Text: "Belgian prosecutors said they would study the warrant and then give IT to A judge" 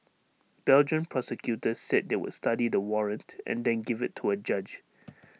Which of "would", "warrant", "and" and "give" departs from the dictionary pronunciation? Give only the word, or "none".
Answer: none